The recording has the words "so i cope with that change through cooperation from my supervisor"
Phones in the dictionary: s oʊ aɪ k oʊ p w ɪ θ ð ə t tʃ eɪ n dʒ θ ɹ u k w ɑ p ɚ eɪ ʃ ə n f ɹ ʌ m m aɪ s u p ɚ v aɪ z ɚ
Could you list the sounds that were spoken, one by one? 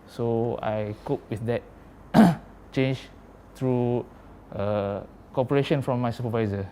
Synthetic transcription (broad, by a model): s oʊ aɪ k oʊ p w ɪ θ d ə t tʃ eɪ n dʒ t ɹ u k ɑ p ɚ eɪ ʃ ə n f ɹ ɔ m m aɪ s u p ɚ v aɪ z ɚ